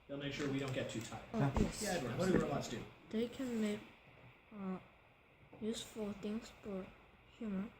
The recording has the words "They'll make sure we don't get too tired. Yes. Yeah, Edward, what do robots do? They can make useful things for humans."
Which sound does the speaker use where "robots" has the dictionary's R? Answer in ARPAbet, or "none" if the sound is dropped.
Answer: W